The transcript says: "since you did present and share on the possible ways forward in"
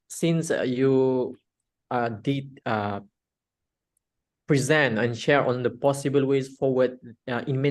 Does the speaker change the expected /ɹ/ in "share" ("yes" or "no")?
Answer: no